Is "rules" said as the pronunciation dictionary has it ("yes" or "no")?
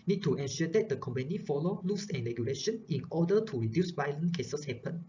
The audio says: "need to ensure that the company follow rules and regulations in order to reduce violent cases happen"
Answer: no